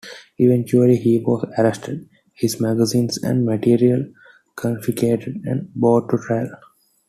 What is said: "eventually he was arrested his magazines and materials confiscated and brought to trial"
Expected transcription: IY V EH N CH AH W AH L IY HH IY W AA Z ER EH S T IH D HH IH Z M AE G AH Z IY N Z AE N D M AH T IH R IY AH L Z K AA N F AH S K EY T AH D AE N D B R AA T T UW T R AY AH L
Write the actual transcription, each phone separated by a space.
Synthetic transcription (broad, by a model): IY V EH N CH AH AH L IY HH IY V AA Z ER EH S T IH D HH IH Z M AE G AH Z IY N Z AE N D M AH T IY R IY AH L K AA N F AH K EY T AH D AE N D B AA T T UW T R AY AH L